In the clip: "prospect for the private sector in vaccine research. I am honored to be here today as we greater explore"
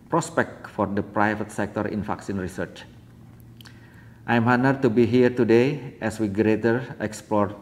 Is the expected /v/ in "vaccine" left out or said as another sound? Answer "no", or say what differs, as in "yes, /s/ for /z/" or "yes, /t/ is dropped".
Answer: yes, /f/ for /v/